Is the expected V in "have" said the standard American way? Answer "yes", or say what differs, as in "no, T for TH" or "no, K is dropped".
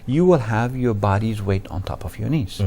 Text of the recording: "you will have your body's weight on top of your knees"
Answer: yes